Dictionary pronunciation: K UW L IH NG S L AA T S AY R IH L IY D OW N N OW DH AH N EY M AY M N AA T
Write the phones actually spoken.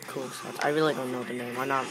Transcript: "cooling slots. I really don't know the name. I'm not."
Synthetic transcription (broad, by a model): K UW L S AA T AY R IH L IY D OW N N OW DH AH N EY M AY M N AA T